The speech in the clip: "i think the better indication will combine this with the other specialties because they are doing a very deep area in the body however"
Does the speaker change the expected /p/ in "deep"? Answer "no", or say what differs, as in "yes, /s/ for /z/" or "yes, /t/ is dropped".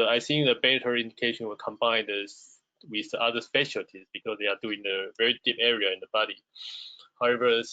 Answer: no